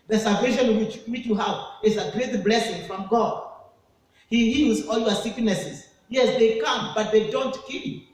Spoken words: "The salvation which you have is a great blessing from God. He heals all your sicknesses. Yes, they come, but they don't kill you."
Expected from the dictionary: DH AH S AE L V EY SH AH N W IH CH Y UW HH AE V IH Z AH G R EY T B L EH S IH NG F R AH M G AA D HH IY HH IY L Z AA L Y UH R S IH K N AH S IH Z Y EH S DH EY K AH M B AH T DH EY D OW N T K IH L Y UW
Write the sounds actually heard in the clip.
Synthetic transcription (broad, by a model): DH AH S AE L V EY SH AH N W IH CH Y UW HH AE V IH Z AH G R EY T B L EH S IH NG F R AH M G AA D HH IY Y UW Z AA L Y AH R S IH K N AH S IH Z Y EH S DH EY K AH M B AH T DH EY D OW N T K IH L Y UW